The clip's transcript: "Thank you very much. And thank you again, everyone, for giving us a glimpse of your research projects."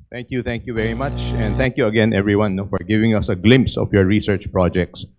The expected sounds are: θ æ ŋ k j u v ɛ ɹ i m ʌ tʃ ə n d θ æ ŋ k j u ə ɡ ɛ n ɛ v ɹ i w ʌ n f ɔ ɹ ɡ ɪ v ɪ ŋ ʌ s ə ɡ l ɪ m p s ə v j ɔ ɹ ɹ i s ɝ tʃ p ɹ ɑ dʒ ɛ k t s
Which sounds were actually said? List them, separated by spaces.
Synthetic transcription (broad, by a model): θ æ ŋ k j u v ɛ ɹ i m ʌ tʃ ə n d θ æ ŋ k j u ə ɡ ɛ n ɛ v ɹ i w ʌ n f ɔ ɹ ɡ ɪ v ɪ ŋ ʌ s ə ɡ l ɪ m p s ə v j ɔ ɹ ɹ i s ɝ tʃ p ɹ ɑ dʒ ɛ k t s